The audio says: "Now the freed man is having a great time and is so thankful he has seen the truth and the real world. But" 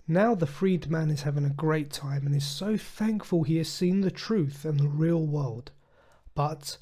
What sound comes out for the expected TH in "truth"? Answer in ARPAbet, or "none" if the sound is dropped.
TH